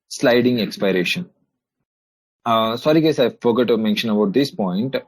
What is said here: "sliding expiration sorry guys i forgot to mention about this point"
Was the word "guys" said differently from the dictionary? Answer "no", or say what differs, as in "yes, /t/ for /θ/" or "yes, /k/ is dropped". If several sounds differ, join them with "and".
yes, /s/ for /z/